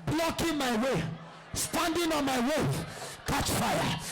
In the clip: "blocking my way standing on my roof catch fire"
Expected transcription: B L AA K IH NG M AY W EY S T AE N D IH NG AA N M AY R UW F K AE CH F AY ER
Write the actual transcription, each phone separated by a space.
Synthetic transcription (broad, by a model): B L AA K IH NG M AY W EY S T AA N D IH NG AA N M AY W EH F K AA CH F AY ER